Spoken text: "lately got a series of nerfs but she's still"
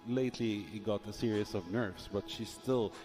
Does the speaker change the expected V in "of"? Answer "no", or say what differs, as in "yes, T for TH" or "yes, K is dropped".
no